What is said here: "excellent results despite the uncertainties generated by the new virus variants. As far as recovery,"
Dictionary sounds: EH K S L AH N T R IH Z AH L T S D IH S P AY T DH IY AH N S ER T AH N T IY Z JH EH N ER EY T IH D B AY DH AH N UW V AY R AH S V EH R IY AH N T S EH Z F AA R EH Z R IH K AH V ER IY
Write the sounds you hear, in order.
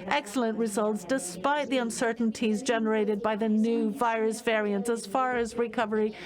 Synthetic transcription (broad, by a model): EH K S L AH N T R IH Z AH L T S D IH S P AY T DH IY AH N S ER T N T IY Z JH EH N ER EY T IH D B AY DH AH N UW V AY R AH S V EH R IY AH N T S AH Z F AA R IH Z R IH K AH V ER IY